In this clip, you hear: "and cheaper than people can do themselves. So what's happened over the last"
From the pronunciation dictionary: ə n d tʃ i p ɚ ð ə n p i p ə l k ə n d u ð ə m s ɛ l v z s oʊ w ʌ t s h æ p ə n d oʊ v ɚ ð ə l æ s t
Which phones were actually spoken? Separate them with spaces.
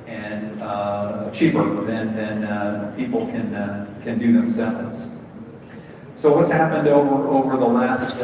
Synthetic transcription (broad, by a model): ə n tʃ i p ɚ ð ə n p i p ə n k ə n d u ð ə m s ɛ l v z s oʊ w ʌ t s h æ p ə n d oʊ v ɚ ð ə l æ s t